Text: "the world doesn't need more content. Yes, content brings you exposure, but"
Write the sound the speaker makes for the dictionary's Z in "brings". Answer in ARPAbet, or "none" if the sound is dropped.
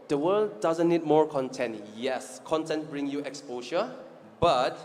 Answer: none